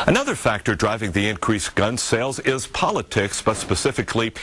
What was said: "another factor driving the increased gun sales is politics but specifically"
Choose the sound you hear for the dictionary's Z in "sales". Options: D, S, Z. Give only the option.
Z